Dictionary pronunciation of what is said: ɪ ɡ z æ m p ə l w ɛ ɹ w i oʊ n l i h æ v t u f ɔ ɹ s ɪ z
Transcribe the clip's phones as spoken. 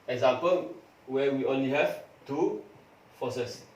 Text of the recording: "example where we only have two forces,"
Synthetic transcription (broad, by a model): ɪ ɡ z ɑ m p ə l w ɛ w i oʊ n l i h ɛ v t u f ɔ s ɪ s